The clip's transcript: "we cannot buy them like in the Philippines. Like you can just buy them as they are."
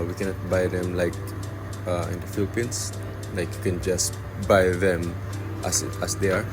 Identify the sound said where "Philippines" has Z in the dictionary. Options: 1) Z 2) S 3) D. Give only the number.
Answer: 2